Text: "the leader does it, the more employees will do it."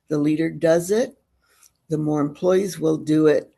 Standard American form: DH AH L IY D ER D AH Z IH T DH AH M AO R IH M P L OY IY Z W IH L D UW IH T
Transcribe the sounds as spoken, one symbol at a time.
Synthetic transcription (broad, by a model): DH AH L IY D ER D AH Z IH T DH AH M AO R IH M P L OY IY Z W IH L D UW IH T